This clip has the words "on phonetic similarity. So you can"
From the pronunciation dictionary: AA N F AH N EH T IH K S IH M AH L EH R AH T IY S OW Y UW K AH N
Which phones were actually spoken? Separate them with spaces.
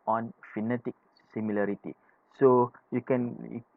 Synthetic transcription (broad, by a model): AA N F AH N EH T IH K S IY M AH L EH R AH T IY S OW Y UW K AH N